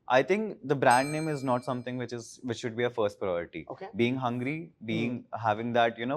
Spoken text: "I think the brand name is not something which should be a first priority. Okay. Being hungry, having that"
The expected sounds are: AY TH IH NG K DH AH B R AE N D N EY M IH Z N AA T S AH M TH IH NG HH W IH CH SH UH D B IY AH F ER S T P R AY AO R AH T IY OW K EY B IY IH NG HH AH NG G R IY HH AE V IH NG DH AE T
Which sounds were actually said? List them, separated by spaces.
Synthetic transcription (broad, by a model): AY T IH NG K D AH B R AE N D N EY M IH Z N AA T S AH M T IH NG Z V IH CH SH UH D B IY AH F ER S T P R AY AO R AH T IY OW K EY B IY IH NG HH AH NG G R IY HH AE V IH NG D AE T